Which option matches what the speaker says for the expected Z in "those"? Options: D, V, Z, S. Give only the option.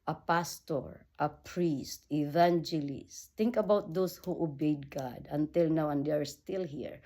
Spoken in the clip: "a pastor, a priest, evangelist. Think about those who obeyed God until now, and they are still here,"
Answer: S